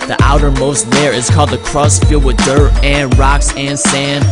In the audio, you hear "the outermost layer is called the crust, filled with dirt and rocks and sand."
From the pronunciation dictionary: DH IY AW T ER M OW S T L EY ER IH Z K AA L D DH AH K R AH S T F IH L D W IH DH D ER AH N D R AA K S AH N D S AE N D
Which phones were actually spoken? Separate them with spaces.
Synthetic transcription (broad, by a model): DH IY AW T ER M OW S T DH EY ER IH Z K AA L D DH AH K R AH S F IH L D W IH DH D ER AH N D R AA K S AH N S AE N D